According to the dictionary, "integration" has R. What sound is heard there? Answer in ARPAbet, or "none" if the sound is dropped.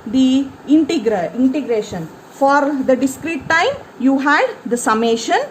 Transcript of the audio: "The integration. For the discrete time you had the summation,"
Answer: R